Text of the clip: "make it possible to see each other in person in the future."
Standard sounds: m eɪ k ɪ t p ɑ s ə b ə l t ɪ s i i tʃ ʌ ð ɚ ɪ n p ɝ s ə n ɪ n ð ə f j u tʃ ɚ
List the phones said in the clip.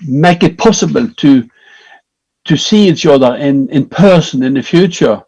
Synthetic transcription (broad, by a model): m eɪ k ɪ t p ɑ s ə b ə l t ɪ s i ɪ s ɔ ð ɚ ɪ n p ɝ s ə n ɪ n ð ə f j u tʃ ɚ